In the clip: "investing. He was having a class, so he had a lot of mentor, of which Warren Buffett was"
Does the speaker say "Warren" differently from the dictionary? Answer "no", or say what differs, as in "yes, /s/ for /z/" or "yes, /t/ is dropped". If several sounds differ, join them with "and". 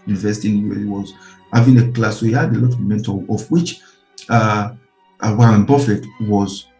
yes, /w/ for /ɹ/